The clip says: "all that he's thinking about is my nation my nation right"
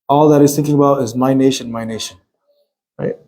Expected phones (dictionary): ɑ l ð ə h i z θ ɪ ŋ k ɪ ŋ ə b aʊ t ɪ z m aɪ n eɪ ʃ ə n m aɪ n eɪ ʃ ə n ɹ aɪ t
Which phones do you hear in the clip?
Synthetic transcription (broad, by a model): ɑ l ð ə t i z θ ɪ ŋ k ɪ ŋ ə b aʊ t ɪ z m aɪ n eɪ ʃ ə n m aɪ n eɪ ʃ ə n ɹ aɪ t